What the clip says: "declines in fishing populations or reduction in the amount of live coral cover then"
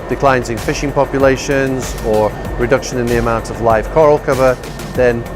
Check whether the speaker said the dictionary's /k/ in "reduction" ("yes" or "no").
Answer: yes